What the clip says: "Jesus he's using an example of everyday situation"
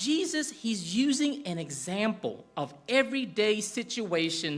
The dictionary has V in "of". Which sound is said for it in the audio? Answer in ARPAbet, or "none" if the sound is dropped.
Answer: V